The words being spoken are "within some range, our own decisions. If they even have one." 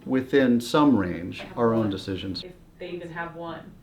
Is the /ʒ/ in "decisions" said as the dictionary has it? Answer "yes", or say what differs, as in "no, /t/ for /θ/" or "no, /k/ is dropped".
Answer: yes